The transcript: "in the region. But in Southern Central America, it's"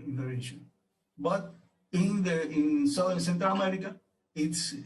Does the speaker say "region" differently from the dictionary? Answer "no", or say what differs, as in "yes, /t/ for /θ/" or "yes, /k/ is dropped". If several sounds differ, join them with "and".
yes, /ʃ/ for /dʒ/